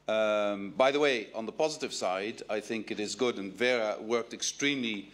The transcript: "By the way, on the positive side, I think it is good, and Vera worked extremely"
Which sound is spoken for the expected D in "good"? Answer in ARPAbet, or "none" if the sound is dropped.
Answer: D